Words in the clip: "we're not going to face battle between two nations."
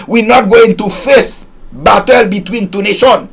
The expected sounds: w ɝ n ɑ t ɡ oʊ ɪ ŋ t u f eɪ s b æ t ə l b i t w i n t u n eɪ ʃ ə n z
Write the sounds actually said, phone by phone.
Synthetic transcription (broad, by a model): w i n ɑ t ɡ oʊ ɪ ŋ t u f eɪ s b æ t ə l b i t w i n t u n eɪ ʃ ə n